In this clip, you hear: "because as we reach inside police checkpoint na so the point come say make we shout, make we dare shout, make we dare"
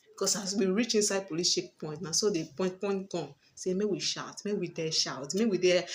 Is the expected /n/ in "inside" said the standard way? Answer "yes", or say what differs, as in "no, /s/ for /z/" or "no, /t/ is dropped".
yes